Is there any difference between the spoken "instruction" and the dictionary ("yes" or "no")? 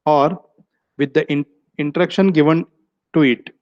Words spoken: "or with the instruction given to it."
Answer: yes